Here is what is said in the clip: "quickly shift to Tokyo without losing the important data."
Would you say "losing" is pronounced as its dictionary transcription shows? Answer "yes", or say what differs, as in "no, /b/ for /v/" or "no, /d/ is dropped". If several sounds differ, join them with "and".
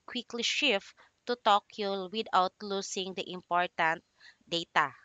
no, /s/ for /z/